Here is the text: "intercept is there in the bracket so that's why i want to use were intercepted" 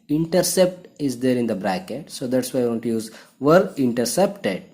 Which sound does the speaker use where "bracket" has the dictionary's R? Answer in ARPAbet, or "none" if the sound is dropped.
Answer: R